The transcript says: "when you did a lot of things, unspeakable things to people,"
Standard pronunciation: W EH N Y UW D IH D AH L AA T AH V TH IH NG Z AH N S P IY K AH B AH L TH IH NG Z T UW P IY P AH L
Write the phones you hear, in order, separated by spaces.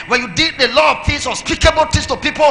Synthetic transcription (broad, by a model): W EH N Y UW D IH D AH L AA T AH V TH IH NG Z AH S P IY K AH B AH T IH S T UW P IY P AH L